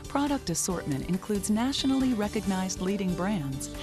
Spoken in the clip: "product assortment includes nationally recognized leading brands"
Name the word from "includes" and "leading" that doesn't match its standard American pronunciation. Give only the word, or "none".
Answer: none